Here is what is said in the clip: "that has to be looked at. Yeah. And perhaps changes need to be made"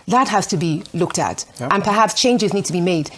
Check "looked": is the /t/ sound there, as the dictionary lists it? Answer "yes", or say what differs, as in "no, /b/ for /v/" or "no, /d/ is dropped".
yes